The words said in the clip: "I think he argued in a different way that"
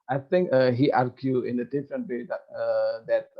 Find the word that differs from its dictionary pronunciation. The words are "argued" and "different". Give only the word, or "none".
argued